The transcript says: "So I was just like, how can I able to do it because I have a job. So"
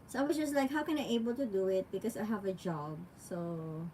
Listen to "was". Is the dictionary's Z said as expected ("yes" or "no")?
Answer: no